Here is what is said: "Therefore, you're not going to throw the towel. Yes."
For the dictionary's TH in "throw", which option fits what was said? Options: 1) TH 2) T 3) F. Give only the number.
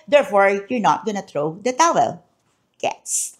2